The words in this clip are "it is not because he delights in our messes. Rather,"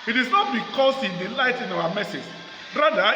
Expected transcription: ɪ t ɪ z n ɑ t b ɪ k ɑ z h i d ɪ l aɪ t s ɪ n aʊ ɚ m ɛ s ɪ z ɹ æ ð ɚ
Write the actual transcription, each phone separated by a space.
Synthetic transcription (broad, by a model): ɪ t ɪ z n ɑ t b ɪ k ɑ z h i d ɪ l aɪ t ɪ n aʊ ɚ m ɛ s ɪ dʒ ɹ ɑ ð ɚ